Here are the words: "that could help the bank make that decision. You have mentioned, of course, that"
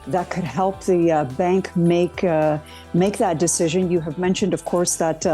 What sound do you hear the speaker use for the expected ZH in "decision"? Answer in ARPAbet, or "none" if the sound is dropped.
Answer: ZH